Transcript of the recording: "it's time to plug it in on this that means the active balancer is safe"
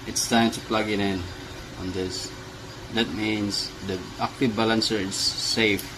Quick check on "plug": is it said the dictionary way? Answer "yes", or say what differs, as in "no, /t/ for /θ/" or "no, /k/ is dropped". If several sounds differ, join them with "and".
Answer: yes